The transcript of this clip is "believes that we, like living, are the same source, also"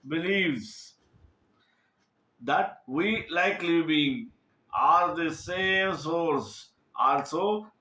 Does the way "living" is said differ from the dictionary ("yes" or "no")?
yes